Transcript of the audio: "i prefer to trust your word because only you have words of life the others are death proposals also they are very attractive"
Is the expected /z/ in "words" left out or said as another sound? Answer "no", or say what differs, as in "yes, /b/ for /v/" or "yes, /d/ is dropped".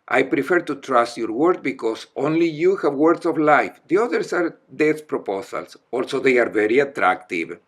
yes, /s/ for /z/